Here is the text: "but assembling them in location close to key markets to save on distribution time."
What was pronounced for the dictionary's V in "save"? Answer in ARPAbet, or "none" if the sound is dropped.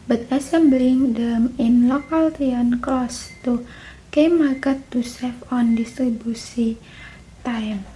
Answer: F